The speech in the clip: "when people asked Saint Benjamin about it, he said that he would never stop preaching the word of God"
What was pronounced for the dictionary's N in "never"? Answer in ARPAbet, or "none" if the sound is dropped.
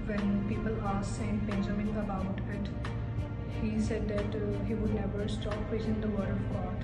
N